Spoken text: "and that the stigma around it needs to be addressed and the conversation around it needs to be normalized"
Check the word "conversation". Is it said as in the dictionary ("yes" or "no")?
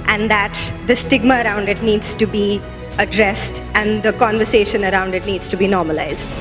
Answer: yes